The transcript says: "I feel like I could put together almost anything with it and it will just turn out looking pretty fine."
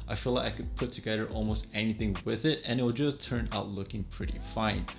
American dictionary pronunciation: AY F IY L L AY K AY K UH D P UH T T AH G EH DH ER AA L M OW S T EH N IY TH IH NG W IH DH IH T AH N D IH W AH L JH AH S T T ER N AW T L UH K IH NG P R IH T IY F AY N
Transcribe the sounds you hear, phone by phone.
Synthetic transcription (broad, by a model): AY F IY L L AY K AY K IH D P UH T T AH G EH DH ER AA L M OW S T EH N IY TH IH NG W IH DH IH T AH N IH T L JH AH S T T ER N AW T L UH K IH NG P R IH T IY F AY N